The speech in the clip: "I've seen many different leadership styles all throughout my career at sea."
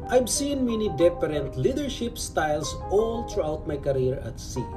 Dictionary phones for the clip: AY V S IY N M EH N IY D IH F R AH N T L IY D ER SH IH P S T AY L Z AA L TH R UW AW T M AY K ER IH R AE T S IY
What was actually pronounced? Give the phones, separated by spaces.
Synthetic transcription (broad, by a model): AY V S IY N M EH N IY D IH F R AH N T L IY D ER SH IH P S T AY L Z AA L T R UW AW T M AY K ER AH R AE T S IY